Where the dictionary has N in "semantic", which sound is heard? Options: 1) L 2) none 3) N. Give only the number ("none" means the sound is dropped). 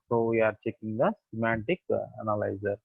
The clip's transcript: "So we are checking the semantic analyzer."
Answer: 3